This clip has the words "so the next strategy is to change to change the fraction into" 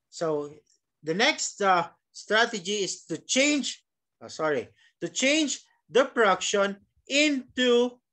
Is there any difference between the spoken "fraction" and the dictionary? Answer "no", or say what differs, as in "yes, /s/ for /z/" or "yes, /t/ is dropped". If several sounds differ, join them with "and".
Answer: yes, /p/ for /f/